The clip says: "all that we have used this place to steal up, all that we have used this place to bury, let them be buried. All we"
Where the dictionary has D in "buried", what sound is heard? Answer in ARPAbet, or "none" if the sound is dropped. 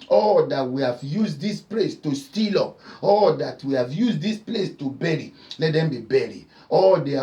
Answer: none